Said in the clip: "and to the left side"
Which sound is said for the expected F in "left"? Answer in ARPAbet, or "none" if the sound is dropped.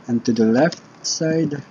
F